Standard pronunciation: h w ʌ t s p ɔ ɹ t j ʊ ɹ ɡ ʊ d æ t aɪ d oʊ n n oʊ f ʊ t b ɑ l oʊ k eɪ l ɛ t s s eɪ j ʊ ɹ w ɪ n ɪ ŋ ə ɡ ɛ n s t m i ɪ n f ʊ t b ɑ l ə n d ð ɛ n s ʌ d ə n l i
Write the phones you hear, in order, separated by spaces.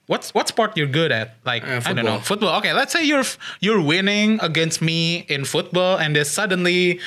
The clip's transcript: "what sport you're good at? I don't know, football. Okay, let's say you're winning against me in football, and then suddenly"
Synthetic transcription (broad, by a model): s w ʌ t s p ɔ ɹ t j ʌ ɹ ɡ ʊ d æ t aɪ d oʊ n n oʊ f ʊ t b ɑ l oʊ k eɪ l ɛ t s s eɪ j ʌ ɹ w ɪ n ɪ ŋ ə ɡ ɛ n s t m i ɪ n f ʊ t b ɑ l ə n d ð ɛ s ʌ d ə n l i